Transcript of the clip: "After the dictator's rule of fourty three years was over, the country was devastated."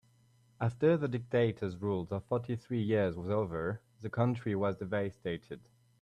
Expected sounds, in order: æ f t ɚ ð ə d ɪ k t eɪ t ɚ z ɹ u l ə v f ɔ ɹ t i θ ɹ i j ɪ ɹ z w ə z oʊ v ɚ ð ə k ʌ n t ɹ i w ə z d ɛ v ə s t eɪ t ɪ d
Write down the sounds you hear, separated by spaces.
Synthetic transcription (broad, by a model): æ f t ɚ ð ə d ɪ k t eɪ t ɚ z ɹ u l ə f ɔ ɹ t i θ ɹ i j ɪ ɹ z w ə z oʊ v ɚ ð ə k ʌ n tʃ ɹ i w ə z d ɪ v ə s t eɪ t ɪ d